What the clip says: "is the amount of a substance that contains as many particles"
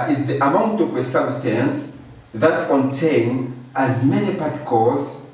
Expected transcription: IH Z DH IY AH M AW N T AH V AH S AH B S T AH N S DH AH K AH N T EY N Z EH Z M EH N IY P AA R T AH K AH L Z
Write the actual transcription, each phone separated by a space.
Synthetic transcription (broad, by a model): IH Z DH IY AH M AW N T AH V AH S AH B S T AH N S DH AH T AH N T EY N AH Z M EH N IY P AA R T K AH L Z